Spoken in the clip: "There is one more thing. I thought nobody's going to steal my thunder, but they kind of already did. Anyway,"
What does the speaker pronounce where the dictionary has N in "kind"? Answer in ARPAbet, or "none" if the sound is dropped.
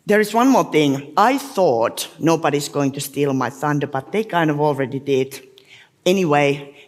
N